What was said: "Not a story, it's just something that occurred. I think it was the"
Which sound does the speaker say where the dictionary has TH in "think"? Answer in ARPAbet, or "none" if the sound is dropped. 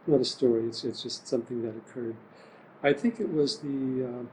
TH